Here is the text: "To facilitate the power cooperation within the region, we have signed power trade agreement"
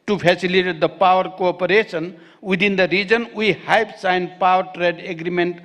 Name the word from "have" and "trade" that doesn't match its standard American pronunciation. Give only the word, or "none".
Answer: have